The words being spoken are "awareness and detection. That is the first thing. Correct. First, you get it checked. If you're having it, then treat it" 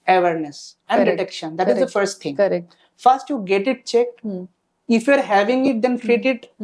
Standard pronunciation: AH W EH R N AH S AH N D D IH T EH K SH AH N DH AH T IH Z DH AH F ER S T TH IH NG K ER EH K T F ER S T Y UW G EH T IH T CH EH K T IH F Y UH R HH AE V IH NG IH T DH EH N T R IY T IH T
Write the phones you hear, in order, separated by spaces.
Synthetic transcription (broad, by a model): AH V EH R N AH S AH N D D IH T EH K SH AH N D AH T IH Z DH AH F ER S T T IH NG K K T F ER S T Y UW G EH T IH T CH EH K IH F Y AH R HH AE V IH NG IH T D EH N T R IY T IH T